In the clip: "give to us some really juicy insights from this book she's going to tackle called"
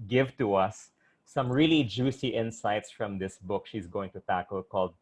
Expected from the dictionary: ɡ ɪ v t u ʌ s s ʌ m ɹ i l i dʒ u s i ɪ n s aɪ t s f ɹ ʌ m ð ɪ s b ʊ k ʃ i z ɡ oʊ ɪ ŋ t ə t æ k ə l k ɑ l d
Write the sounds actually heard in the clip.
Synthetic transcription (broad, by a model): ɡ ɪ v t u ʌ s s ʌ m ɹ i l i dʒ u s i ɪ n s aɪ t s f ɹ ʌ m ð ɪ s b ʊ k ʃ i z ɡ oʊ ɪ ŋ t ə t æ k ə l k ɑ l d